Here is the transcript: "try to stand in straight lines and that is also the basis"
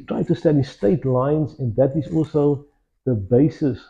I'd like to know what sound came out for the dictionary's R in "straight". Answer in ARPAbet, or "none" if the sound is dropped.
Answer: none